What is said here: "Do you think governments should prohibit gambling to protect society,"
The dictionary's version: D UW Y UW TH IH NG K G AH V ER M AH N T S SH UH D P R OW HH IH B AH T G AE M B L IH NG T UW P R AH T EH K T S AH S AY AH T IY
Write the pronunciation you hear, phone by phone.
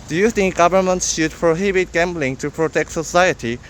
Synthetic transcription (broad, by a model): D Y UW T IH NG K G AH V ER M AH N T S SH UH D P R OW HH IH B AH T G AE M B L IH NG T UW P R AH T EH K T S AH S AY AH T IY